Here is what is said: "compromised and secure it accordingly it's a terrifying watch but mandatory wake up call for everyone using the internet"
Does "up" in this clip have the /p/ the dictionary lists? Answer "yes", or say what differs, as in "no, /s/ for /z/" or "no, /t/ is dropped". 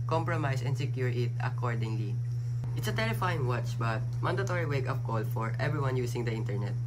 no, /f/ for /p/